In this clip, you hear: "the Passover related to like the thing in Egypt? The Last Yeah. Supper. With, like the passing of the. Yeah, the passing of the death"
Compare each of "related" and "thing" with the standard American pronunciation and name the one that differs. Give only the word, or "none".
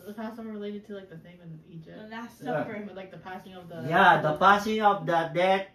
thing